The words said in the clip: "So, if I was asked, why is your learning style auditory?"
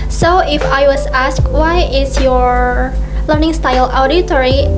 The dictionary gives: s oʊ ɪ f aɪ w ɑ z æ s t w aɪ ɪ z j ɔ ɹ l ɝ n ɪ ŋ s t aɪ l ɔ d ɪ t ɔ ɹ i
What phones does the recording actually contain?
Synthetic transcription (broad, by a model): s oʊ ɪ f aɪ w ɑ s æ s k w aɪ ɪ s j ɔ ɹ l ɝ n ɪ ŋ s t aɪ l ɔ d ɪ t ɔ ɹ i